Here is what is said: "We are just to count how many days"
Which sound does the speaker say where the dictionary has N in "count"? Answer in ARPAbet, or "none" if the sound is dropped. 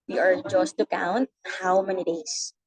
N